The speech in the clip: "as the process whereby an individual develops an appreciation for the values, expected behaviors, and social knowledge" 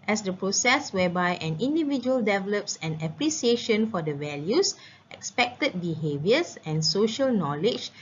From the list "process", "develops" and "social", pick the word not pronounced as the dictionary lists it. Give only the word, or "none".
none